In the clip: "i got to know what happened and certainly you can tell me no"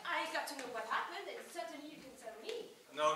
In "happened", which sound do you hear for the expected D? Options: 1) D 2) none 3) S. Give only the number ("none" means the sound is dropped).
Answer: 1